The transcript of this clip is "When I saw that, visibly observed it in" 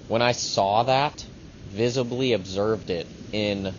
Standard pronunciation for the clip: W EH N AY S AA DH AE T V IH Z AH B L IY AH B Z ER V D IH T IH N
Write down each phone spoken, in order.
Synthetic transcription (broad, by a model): W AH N AY S AA DH AE T V IH Z AH B L IY AH B Z ER V D IH T IH N